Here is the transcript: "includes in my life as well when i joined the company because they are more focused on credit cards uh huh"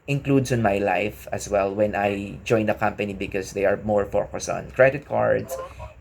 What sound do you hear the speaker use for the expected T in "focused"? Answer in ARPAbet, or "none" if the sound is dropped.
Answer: none